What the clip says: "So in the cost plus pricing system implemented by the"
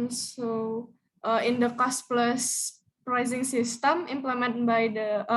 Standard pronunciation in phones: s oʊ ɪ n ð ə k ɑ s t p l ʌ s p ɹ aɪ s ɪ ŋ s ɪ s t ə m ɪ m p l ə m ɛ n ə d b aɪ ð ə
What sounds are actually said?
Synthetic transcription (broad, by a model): s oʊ ɪ n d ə k ɑ s t p l ʌ s p ɹ aɪ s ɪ ŋ s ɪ s t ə m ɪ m p l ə m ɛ n b aɪ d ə